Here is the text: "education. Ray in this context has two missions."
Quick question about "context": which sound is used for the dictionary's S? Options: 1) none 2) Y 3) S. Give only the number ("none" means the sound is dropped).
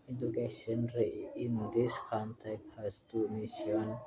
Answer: 1